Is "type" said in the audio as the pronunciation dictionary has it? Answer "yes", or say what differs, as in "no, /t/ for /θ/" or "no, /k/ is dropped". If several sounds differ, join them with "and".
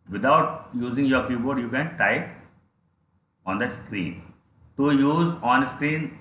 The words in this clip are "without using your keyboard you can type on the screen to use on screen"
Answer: no, /p/ is dropped